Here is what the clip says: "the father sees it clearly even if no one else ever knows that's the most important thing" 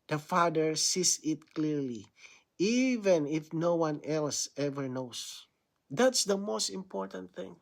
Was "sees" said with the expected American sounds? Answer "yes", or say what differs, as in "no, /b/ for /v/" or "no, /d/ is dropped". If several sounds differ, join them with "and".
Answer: no, /s/ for /z/